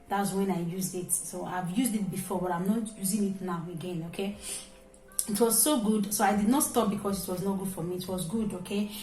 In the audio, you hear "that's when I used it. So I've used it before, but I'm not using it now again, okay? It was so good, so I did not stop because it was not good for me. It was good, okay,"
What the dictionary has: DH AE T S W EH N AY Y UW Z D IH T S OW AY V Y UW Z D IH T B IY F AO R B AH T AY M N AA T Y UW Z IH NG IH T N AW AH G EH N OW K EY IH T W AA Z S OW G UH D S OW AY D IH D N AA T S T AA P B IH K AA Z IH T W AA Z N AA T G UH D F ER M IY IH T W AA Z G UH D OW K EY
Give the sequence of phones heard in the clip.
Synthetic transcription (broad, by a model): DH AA T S W EH N AY Y UW Z D IH T S OW AY V Y UW Z D IH T B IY F AO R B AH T AY M N AA T Y UW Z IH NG IH T N AW AH G EH N OW K EY IH T W AA Z S OW G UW D S OW AY D IH D N AA T S T AA P B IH K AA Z IH T W AA Z N AA T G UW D F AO M IY T W AA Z G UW D OW K EY